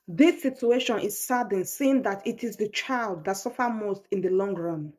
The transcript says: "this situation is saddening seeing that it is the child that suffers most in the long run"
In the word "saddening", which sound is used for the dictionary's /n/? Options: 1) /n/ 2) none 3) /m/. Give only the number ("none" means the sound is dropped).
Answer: 2